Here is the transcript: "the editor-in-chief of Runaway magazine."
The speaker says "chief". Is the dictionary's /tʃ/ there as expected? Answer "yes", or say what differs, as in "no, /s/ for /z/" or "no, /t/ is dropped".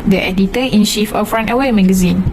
no, /ʃ/ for /tʃ/